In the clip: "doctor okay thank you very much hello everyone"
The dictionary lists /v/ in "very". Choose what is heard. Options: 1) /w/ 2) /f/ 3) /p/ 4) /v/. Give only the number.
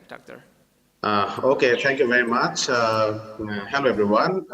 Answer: 4